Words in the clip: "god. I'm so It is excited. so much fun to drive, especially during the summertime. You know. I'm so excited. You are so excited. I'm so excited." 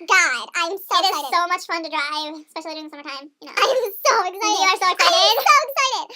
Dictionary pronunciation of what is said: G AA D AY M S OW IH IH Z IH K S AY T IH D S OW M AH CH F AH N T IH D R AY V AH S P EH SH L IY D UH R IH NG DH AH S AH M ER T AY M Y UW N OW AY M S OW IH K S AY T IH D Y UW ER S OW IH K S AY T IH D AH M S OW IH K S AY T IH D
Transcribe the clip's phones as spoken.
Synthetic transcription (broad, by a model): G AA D AY M S OW IH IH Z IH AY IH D S OW M AH CH F AH N T IH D R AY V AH S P EH SH L IY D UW IH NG S AH M ER T AY M Y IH N OW AY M S OW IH K S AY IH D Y ER S OW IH K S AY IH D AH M S OW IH K S AY T IH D